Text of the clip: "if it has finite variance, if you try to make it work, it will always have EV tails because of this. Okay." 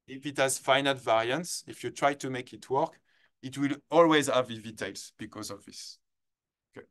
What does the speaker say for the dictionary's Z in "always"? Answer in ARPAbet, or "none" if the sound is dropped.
Z